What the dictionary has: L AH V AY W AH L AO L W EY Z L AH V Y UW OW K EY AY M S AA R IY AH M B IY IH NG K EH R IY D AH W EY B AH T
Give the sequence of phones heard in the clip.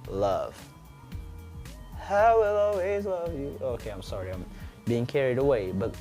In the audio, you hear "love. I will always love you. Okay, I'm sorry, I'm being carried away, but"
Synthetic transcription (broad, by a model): L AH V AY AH L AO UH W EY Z L AH V Y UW OW K EY AY M S AA R IY AH M B IY IH NG K EH R IY D AH W EY B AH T